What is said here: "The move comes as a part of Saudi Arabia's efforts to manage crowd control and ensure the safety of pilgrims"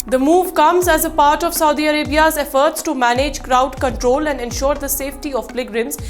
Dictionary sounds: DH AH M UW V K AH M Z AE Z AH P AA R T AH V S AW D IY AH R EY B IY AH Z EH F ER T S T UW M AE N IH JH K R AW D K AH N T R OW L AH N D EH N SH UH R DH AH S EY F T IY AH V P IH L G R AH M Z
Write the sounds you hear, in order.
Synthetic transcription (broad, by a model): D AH M UW V K AH M Z AE Z AH P AA R T AH V S AW D IY AH R EY B IY AH Z EH F ER T S T UW M AE N IH JH K R AW D K AH N T R OW L AH N D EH N SH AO R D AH S EY F T IY AH V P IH G R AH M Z